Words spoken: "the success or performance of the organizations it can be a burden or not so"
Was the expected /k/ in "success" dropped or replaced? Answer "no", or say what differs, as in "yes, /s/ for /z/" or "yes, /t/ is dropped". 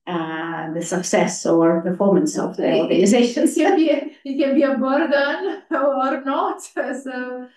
no